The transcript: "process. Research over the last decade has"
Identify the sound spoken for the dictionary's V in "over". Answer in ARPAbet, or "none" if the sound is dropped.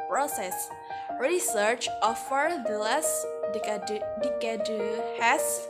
F